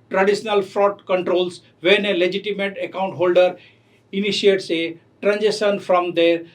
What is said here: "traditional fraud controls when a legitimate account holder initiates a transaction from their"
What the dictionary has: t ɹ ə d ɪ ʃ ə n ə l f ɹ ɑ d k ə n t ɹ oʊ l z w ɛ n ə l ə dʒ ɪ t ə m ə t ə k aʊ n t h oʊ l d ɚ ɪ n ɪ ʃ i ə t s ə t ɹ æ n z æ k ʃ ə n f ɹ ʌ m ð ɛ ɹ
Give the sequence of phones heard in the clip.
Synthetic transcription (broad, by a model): t ɹ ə d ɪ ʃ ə n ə l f ɹ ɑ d k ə n t ɹ oʊ l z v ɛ n ə l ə dʒ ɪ t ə m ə t ə k aʊ n t h oʊ l d ɚ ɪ n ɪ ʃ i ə t s ə t ɹ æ n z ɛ ʃ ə n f ɹ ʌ m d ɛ ɹ